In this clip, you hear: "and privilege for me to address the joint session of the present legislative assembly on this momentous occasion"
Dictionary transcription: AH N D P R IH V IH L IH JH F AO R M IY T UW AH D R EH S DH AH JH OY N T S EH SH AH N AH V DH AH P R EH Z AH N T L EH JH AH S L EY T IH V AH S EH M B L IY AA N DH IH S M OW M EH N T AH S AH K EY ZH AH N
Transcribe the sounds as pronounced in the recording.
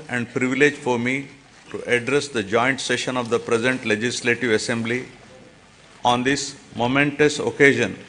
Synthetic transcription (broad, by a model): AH N D P R IH V IH L IH JH F AO R M IY T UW AH D R EH S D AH JH OY N T S EH SH AH N AH V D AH P R EH Z AH N T L EH JH AH S L EY T IH V AH S EH M B L IY AA N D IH S M OW M EH N T AH S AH K EY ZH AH N